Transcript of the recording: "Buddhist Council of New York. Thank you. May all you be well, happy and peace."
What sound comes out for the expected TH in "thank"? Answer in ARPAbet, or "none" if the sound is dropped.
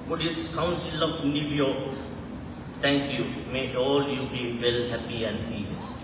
T